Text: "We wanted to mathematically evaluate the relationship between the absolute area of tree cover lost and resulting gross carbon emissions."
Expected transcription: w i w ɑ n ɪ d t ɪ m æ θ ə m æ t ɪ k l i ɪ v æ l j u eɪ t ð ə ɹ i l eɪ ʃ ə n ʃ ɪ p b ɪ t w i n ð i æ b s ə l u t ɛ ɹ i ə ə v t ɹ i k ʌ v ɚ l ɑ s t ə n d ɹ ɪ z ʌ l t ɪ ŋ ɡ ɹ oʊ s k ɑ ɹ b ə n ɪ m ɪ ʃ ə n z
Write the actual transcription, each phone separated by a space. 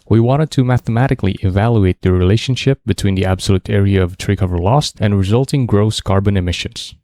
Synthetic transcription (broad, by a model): w i w ɑ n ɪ d t ɪ m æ θ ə m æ t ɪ k l i ɪ v æ l j u eɪ t ð ə ɹ i l eɪ ʃ ə n ʃ ɪ p b ɪ t w i n ð i æ b s ə l u t ɛ ɹ i ə ə v t ɹ i k ʌ v ɚ l ɑ s t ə n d ɹ ɪ z ʌ l t ɪ ŋ ɡ ɹ oʊ s k ɑ ɹ b ə n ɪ m ɪ ʃ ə n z